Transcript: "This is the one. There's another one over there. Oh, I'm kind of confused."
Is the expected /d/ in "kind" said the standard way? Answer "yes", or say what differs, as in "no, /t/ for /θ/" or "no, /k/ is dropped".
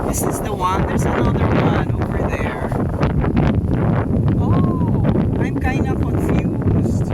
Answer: no, /d/ is dropped